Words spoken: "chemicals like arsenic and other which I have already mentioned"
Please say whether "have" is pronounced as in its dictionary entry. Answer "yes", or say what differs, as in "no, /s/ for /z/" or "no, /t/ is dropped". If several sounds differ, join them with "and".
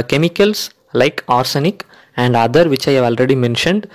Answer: yes